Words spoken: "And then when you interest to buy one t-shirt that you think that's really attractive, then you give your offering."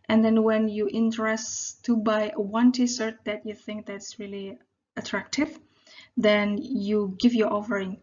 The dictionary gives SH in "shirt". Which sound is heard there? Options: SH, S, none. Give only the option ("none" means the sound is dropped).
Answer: S